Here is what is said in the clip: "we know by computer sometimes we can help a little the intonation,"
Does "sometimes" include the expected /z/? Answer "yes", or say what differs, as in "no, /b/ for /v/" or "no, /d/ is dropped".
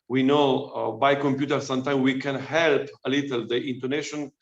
no, /z/ is dropped